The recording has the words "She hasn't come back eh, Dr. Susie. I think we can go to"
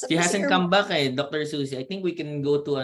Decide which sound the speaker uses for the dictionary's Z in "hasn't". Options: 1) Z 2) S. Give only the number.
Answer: 2